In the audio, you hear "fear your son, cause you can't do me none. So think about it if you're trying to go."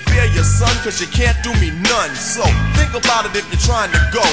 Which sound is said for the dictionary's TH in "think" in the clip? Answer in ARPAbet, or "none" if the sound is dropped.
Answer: TH